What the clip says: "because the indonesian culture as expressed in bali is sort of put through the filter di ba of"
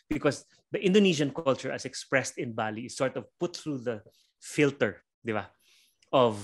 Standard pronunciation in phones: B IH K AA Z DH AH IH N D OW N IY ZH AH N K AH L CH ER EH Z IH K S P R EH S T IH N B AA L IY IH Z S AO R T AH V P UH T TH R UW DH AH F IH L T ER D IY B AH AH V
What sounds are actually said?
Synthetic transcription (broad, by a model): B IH K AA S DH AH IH N D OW N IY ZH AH N K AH L CH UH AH S IH K S P R EH S T IH N B AA L IY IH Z S AO R T AH V P UH T TH R UW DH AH F IH L T ER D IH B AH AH V